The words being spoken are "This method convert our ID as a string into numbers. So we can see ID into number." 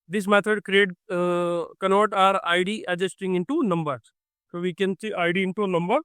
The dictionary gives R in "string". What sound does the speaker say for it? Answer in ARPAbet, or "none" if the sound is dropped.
none